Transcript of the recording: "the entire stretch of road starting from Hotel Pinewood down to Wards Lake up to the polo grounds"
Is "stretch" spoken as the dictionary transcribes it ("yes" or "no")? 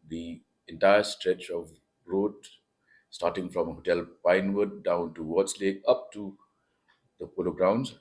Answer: yes